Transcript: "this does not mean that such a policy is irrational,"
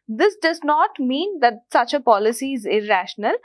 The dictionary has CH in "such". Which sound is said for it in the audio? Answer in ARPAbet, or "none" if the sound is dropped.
CH